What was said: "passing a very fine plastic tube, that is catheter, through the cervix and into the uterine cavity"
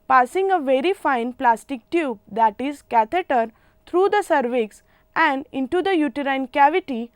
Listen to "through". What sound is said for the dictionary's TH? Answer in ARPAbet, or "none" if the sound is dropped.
T